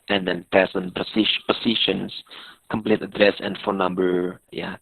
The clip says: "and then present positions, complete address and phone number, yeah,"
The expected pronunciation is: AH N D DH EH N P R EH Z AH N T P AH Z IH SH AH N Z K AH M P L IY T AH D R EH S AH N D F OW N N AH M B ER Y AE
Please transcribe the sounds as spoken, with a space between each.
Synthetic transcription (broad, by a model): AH N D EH N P EH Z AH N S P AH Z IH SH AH N S K AH M P L IY T AH D R EH S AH N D F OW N N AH M B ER Y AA